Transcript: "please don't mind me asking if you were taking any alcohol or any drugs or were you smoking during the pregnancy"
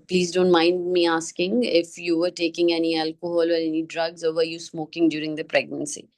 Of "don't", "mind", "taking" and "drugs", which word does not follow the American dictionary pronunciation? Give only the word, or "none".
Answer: none